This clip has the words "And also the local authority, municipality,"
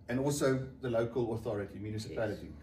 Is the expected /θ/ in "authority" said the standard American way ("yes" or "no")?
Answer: yes